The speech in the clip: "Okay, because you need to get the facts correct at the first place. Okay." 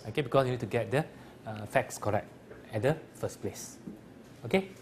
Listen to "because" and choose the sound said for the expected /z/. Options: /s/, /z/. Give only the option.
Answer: /s/